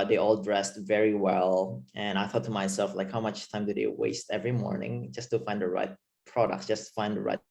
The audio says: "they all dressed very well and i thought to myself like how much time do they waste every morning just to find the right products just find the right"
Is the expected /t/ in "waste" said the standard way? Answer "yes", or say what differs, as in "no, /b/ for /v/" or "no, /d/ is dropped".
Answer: yes